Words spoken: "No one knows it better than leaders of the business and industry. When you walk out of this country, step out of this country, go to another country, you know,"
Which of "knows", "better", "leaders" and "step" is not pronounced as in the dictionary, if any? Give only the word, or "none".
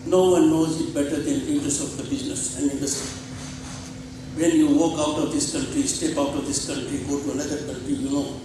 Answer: leaders